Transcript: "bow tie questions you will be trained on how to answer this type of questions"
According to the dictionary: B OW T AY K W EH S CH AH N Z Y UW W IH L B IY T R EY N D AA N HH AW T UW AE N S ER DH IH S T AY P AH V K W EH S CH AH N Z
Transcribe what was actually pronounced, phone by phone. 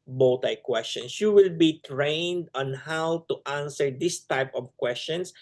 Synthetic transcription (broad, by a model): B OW T AY K W EH S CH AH N S Y UW W IH L B IY T R EY N D AA N HH AW T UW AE N S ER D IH S T AY P AH V K W EH S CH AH N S